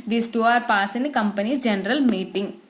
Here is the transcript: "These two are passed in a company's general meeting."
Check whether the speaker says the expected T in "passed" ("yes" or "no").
no